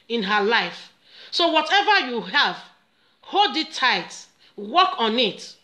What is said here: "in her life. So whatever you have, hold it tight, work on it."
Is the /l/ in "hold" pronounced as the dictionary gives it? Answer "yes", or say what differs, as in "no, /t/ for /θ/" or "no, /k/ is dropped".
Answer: no, /l/ is dropped